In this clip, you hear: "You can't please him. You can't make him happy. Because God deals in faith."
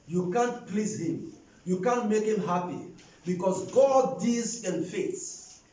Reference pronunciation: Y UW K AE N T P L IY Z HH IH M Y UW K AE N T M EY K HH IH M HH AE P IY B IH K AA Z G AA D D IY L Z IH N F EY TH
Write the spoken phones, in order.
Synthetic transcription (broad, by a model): Y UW K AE N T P L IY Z HH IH M Y UW K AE N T M EY K HH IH M HH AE P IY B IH K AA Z G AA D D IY Z IH N F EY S